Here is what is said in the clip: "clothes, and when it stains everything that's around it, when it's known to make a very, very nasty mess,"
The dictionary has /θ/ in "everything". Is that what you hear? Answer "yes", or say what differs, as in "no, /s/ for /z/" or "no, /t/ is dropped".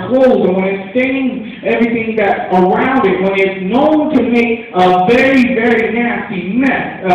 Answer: yes